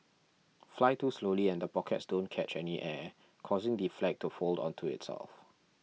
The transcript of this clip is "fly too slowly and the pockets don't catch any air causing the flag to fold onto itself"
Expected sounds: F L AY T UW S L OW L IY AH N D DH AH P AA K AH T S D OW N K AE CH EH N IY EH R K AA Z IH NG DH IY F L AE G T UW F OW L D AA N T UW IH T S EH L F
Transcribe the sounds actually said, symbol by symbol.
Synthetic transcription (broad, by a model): F L AY T UW S L OW L IY AH N D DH AH P AA K AH T S D OW N K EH CH EH N IY EH K AA Z IH NG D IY F L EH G T UW F OW L D AA N T UW IH T S EH L F